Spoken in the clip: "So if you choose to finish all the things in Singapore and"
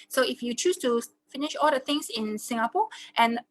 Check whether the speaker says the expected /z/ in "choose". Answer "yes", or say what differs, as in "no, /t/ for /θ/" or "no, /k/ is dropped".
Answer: no, /s/ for /z/